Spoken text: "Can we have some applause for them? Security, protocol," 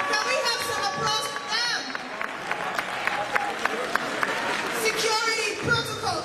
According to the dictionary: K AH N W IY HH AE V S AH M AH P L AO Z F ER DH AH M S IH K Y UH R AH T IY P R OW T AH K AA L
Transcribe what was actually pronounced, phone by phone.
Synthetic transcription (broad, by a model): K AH W IY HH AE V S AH AH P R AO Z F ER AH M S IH K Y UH R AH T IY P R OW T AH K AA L